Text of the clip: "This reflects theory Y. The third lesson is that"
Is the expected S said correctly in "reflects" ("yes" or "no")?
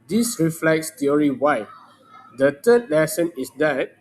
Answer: yes